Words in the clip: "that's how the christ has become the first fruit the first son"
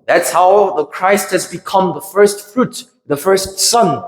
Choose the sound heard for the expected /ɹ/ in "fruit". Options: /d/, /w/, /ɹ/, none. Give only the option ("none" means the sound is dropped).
/ɹ/